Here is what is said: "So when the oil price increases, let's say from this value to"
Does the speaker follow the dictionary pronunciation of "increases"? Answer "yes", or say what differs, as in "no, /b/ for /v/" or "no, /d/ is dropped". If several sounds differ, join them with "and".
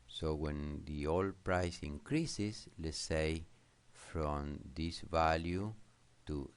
no, /s/ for /z/